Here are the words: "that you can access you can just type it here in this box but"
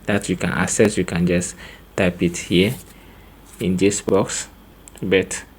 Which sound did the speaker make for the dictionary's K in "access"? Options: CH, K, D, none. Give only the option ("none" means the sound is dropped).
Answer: none